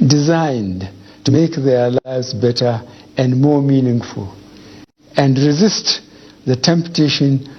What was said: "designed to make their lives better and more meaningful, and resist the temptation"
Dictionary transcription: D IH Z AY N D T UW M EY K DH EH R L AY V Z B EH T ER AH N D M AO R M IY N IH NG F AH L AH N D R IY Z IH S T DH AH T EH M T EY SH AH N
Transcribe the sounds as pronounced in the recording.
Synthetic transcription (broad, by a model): D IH Z AY N D T UW M EY K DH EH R L AY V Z B EH T ER AH N D M AO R M IY N IH NG F AH L AH N D R IY Z IH S T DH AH T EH M T EY SH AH N